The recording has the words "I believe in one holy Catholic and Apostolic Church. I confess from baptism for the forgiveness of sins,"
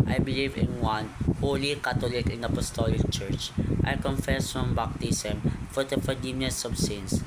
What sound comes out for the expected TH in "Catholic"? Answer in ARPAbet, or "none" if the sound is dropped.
T